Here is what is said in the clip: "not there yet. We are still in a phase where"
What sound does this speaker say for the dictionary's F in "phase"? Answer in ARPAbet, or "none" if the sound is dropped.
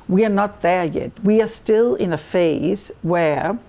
F